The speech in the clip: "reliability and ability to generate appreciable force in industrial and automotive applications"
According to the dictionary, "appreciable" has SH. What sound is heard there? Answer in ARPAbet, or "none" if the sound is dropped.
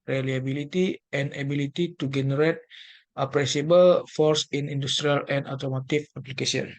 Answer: S